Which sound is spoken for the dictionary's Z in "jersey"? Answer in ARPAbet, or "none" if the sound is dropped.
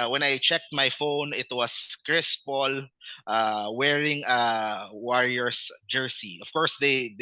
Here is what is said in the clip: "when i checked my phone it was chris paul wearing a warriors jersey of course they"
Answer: S